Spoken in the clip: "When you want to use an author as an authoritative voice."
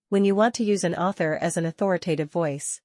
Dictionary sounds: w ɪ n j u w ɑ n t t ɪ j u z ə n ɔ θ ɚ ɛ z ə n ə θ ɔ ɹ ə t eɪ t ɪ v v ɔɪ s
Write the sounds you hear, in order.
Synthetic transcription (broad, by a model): w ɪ n j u w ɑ n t t ɪ j u z ə n ɔ θ ɚ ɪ z ə n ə θ ɔ ɹ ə t eɪ t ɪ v v ɔɪ s